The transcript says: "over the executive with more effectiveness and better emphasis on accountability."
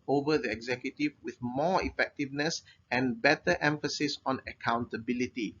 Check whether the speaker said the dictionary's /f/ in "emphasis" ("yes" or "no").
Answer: yes